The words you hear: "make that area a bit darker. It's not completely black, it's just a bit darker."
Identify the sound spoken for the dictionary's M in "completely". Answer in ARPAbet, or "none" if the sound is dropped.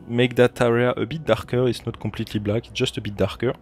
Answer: none